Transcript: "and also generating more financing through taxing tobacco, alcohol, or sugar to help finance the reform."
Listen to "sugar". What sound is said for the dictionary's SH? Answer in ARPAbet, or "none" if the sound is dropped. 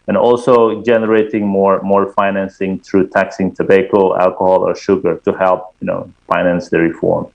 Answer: SH